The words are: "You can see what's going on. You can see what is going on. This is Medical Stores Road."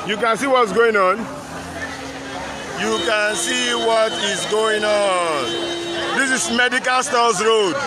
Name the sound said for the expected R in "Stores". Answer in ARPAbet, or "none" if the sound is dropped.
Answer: L